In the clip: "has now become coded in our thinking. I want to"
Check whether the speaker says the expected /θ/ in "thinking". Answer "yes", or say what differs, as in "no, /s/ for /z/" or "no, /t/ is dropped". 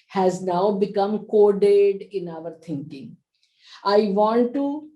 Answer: no, /t/ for /θ/